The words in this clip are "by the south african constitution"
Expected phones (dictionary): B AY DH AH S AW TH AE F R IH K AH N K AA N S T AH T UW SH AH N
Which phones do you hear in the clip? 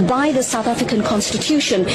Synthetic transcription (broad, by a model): B AY DH AH S AW TH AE F R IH K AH N K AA N S T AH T UW SH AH N